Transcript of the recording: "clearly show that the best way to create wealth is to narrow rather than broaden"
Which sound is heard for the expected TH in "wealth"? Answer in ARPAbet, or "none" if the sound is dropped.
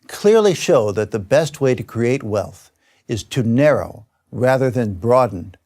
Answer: TH